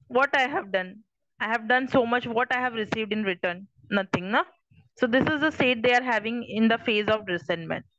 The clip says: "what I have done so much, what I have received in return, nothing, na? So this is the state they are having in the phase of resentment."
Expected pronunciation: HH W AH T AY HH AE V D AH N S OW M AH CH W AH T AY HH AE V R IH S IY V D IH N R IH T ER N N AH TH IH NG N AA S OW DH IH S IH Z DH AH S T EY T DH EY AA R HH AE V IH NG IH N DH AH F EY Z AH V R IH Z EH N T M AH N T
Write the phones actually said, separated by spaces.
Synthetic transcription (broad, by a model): HH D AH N AY HH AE V D AH N S OW M AH CH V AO T AY HH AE V R IH S IY V D IH N R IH T ER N N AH T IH NG N AA S OW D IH S IH Z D AH S T EY T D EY AA R HH AE V IH NG IH N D AH F EY Z AH V R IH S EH N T M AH N T